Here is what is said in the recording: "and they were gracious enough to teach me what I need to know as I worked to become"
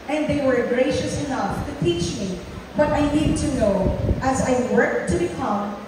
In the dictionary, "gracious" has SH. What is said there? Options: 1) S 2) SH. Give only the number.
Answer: 2